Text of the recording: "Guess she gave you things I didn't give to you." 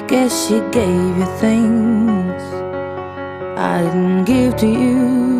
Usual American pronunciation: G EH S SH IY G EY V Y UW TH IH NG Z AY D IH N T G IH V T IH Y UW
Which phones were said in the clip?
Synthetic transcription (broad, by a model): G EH SH IY G EY V Y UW TH IH NG Z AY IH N G IH V T IH Y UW